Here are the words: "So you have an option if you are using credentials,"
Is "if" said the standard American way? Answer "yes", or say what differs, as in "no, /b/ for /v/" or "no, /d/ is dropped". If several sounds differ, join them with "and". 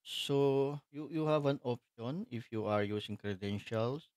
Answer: yes